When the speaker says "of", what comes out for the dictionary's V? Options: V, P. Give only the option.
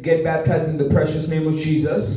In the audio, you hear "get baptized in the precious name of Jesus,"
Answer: V